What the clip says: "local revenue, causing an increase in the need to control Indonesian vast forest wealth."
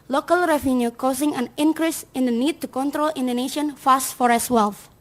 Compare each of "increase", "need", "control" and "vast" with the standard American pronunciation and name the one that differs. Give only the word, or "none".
vast